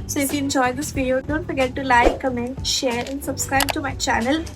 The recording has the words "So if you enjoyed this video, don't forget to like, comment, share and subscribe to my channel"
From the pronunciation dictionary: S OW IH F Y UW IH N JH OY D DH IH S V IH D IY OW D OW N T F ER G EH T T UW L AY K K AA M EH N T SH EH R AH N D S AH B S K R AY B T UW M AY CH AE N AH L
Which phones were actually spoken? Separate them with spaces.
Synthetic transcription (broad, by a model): S OW IH F Y UW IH N JH OY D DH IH S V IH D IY OW D OW N T F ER G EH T T UW L AY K K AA M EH N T SH EH R AH N D S AH B S K R AY B T UW M AY CH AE N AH L